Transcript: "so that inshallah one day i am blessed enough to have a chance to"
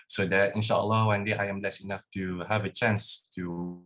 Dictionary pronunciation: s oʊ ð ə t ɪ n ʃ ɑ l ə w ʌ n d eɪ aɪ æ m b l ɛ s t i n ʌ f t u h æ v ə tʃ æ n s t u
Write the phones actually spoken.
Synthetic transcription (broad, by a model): s oʊ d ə t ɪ n ʃ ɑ l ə w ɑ n d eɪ aɪ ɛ m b l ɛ s i n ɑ f t u h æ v ə tʃ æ n s t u